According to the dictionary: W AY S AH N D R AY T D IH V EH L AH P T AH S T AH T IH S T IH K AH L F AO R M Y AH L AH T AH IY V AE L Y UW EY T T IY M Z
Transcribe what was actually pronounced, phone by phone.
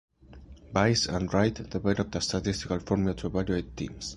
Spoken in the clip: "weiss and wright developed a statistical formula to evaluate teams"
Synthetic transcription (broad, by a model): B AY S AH N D R AY T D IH B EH N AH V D AH S T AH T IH S T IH K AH L F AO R M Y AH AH T AH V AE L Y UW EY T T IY M S